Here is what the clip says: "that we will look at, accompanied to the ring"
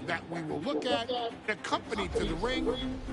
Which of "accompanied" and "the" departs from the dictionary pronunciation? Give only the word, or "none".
none